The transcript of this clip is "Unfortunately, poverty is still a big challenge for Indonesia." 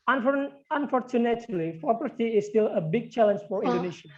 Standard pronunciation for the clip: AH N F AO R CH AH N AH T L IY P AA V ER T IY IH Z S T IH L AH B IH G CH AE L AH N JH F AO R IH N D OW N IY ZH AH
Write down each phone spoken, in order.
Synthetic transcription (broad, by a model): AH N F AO R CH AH N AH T L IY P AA P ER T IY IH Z S T IH L AH B IH G CH AE L AH N JH F AO R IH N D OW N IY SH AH